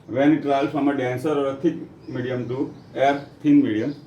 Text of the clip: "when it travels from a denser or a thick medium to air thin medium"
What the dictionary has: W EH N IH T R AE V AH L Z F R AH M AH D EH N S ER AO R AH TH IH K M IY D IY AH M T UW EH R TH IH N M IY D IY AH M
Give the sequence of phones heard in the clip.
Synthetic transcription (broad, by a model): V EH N IH T R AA AH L F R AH M AH D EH N S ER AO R AH T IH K M IY D IY AH M T UW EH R T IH N M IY D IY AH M